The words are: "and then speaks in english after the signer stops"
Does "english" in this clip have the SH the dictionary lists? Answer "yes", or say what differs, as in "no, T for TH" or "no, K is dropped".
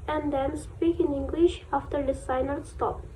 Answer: yes